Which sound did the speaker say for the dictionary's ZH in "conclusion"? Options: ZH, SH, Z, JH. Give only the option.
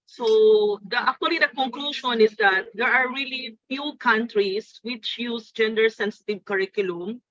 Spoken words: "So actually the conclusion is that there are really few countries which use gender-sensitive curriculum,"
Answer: SH